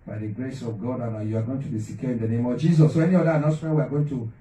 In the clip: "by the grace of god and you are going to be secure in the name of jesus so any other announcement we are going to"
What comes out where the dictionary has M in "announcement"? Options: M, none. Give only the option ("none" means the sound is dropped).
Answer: none